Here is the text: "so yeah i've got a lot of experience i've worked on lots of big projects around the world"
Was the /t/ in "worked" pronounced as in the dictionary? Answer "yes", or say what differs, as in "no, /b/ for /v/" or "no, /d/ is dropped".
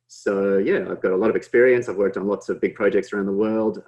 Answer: yes